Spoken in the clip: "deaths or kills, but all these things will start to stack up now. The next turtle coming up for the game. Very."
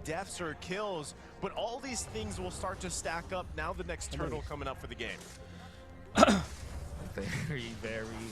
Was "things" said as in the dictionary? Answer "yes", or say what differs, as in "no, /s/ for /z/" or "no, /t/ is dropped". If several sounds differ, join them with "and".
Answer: yes